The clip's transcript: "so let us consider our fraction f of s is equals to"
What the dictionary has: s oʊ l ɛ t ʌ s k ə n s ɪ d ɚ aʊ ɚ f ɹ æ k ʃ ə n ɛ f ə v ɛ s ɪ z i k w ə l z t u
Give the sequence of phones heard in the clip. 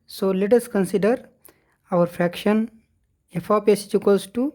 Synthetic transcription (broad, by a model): s oʊ l ɛ t ʌ s k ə n s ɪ d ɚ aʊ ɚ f ɹ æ k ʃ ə n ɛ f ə p ɛ s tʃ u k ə z t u